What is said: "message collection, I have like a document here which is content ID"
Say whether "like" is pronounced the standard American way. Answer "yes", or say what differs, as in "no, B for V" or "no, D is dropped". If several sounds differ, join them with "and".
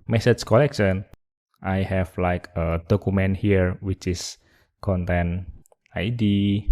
yes